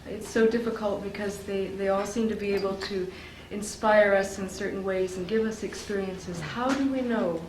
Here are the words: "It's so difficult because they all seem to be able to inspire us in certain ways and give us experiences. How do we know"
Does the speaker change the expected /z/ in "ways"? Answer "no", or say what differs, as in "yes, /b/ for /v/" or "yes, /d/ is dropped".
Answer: no